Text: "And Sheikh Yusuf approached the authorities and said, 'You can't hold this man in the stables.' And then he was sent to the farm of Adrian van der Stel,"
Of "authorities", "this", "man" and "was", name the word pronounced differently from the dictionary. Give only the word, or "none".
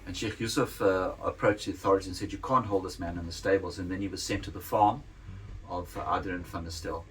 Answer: authorities